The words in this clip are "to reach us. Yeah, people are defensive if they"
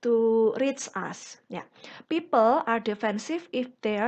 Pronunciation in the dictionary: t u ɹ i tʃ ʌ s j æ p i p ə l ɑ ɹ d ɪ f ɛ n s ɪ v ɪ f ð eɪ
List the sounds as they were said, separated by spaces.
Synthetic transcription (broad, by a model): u ɹ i s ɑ s j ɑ p i p ə l ɑ ɹ d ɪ f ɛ n s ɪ f ɪ f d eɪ